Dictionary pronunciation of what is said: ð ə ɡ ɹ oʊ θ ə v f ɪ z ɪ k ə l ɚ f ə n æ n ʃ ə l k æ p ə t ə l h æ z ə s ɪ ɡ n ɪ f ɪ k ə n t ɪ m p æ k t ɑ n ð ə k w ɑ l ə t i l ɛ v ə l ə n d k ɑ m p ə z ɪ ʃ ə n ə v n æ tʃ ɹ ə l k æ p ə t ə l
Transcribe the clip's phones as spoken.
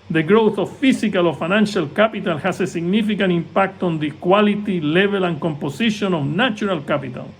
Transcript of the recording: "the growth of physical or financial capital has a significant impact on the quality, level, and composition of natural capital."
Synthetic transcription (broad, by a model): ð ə ɡ ɹ oʊ θ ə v f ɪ s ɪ k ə l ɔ f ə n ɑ n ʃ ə l k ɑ p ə t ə l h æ s ə s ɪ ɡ n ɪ f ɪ k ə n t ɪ m p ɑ k t ɑ n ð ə k w ɑ l ə t i l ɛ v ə l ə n k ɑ m p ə s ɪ ʃ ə n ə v n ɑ tʃ ɹ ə l k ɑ p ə t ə l